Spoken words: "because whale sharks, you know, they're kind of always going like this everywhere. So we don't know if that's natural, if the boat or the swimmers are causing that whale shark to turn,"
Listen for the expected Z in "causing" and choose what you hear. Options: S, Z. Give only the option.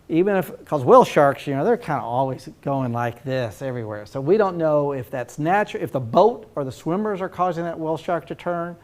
Z